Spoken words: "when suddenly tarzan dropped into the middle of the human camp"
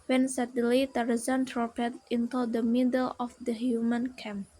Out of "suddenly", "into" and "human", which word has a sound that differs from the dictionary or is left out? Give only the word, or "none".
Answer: suddenly